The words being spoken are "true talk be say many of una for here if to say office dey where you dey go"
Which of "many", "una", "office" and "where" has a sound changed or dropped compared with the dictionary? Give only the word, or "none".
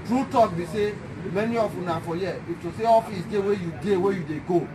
where